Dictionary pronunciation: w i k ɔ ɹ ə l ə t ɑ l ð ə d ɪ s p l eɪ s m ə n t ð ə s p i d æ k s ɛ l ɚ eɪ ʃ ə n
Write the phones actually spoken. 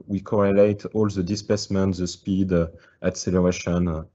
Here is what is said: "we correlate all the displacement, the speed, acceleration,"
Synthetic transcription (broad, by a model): w i k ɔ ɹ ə l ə t ɑ l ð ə d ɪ s p eɪ s m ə n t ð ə s p i d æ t s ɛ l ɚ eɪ ʃ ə n